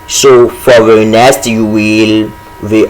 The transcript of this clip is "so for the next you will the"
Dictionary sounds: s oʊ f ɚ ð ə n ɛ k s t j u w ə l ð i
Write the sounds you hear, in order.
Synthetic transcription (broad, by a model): s oʊ f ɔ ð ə n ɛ s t j u w ə l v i